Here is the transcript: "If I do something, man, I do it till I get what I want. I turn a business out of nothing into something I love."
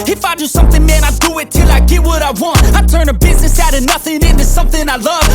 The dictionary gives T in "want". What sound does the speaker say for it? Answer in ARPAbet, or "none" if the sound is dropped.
T